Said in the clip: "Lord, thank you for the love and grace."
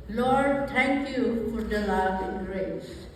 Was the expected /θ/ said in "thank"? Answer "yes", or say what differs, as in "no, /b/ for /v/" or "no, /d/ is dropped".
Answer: no, /t/ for /θ/